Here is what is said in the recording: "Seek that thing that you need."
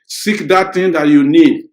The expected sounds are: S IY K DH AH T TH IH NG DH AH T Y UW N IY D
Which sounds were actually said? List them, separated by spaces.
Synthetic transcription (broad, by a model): S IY K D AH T T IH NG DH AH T Y UW N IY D